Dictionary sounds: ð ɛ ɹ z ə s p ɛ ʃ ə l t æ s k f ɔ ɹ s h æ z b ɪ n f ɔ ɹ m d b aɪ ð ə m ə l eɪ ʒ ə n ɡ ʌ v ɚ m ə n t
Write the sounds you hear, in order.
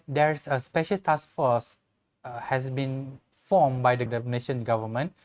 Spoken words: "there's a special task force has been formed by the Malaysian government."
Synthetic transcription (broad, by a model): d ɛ ɹ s ə s p ɛ ʃ ə l t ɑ s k f ɔ s h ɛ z b ɪ n f ɔ m b aɪ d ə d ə n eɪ ʃ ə n ɡ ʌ v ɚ m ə n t